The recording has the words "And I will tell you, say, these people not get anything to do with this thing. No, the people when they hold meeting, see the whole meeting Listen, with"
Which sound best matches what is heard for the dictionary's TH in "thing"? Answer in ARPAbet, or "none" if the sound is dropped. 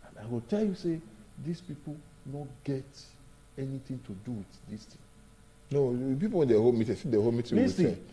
T